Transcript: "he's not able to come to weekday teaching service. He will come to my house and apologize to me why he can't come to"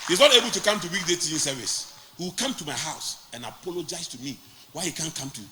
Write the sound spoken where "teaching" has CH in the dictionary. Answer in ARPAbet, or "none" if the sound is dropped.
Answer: none